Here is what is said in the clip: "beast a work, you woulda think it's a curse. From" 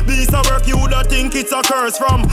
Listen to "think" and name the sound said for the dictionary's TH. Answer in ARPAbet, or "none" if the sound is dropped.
T